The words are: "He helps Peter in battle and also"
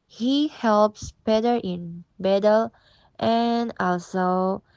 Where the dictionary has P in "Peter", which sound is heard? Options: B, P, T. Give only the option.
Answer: B